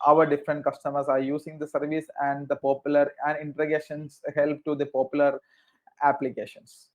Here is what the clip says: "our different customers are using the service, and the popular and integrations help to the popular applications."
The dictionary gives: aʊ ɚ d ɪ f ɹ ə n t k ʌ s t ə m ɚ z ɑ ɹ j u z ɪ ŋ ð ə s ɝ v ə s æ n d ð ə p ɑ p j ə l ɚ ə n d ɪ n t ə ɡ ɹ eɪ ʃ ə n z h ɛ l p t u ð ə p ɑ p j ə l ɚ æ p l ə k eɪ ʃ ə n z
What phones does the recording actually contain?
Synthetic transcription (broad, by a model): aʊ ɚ d ɪ f ɹ ə n t k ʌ s t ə m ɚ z ɑ ɹ j u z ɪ ŋ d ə s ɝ v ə s æ n d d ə p ɑ p j ə l ɚ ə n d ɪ n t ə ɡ eɪ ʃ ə n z h ɛ l p t u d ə p ɑ p j ə l ɚ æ p l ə k eɪ ʃ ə n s